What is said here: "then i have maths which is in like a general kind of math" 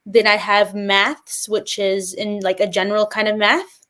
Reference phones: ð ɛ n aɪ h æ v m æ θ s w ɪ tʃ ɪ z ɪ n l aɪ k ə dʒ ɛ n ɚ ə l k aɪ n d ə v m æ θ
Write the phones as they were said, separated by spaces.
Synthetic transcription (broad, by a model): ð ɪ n aɪ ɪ v m æ θ s w ɪ tʃ ɪ z ɪ n l aɪ k ə dʒ ɛ n ɚ l k aɪ n d ə v m æ θ